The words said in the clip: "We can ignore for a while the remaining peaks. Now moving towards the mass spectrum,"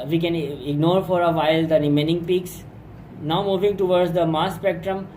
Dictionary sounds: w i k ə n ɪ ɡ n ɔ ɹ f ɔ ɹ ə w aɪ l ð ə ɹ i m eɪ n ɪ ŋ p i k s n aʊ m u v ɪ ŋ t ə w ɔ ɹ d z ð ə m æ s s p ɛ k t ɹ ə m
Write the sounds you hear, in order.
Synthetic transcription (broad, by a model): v i k ə n ɪ ɡ n ɔ ɹ f ɔ ɹ ə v aɪ l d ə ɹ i m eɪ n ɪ ŋ p i k s n aʊ m u v ɪ ŋ t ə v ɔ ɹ d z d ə m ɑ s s p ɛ k t ɹ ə m